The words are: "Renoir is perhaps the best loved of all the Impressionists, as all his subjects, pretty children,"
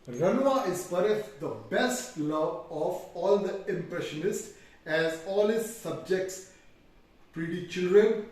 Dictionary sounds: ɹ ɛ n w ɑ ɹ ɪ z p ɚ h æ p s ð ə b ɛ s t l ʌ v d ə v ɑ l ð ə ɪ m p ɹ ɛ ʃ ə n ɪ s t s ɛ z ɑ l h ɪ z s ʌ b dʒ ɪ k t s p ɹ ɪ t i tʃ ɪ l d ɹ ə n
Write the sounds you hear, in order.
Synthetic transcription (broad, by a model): ɹ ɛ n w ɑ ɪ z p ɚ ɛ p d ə b ɛ s t l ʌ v ə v ɑ l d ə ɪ m p ɹ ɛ ʃ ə n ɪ s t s ɛ z ɑ l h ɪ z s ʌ b dʒ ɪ k t s p ɹ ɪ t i tʃ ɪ l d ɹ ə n